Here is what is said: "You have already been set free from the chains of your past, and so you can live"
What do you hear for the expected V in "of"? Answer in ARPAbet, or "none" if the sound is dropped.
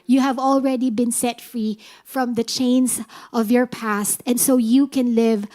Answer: V